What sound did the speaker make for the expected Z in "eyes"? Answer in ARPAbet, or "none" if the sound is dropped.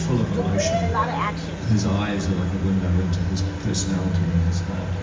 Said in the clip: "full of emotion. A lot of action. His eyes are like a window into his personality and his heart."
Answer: Z